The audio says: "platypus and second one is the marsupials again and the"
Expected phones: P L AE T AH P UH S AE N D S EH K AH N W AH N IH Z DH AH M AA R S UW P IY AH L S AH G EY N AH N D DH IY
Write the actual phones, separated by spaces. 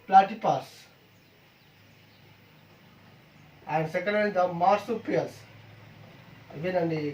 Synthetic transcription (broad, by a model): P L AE T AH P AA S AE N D S EH K AH N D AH L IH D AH M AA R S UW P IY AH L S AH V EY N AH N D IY